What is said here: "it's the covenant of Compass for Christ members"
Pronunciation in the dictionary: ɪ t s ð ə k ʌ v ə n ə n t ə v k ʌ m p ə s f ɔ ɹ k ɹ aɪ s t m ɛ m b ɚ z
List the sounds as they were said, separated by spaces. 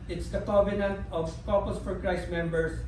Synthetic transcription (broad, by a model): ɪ t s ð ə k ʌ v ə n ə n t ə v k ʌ p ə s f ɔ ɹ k ɹ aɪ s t m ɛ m b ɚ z